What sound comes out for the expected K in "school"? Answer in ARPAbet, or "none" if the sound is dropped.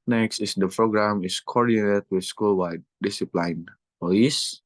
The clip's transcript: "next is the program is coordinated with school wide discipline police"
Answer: K